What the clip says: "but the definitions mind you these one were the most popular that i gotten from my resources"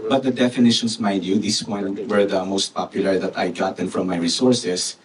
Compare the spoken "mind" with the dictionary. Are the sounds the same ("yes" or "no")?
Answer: no